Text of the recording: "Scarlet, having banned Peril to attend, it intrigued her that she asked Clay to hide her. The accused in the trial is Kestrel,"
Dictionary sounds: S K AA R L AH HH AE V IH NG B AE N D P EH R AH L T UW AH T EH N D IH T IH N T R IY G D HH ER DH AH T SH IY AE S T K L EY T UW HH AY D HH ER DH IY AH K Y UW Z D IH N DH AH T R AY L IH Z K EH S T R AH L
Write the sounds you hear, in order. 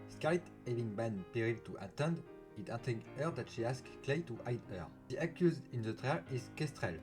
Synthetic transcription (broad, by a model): S K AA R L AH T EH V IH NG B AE N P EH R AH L T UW AH T EH N D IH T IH T IY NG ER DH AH T SH IY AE S K L EY T UW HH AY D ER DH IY AH K Y UW Z D IH N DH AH T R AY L IH Z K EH S T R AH L